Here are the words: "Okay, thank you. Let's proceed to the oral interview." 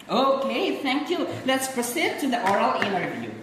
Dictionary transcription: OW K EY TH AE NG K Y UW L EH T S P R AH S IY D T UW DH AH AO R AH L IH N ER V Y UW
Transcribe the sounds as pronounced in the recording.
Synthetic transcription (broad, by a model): OW K EY T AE NG K Y UW L EH T S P R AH S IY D T UW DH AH AO R AH L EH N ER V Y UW